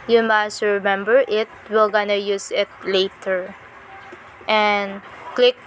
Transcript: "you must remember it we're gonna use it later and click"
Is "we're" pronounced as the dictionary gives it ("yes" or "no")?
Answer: no